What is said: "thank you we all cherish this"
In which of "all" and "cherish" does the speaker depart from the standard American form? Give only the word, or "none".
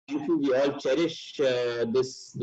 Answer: none